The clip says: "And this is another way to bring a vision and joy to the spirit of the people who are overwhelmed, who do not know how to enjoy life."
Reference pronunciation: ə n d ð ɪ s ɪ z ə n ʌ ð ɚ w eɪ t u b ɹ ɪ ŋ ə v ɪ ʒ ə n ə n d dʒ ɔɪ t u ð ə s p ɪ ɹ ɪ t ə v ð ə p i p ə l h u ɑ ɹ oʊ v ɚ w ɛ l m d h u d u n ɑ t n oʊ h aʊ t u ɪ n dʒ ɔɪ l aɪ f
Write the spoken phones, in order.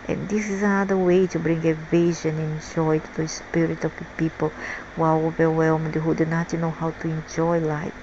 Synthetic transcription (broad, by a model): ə n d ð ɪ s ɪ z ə n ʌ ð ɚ w eɪ t u b ɹ ɪ ŋ ə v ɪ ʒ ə n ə n dʒ ɔɪ t u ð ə s p ɪ ɹ ɪ t ə v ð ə p i p ə l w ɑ l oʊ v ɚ w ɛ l m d h u d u n ɑ t n oʊ h aʊ t u ɪ n dʒ ɔɪ l aɪ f